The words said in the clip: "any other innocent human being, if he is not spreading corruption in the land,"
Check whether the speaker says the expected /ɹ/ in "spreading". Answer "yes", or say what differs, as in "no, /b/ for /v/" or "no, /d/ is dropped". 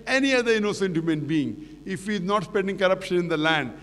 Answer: no, /ɹ/ is dropped